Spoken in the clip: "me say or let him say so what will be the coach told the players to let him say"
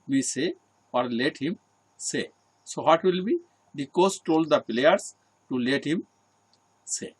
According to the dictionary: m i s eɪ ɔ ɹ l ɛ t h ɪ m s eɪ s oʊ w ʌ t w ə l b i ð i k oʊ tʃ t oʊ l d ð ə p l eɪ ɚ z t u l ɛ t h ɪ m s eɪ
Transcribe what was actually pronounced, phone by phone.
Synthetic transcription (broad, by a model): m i s eɪ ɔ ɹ l ɛ t h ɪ m s eɪ s oʊ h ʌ t w ə l b i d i k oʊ s t oʊ l d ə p l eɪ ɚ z t u l ɛ t h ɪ m s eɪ